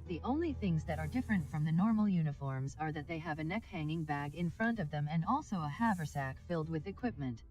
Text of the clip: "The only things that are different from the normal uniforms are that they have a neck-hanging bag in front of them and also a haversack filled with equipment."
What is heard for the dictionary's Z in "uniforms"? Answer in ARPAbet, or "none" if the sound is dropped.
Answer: Z